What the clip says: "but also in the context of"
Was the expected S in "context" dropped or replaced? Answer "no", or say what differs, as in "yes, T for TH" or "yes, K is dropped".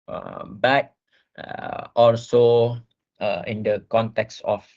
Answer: no